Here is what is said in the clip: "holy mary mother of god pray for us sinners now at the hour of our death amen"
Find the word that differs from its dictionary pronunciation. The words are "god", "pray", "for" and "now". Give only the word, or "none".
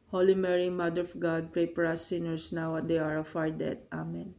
for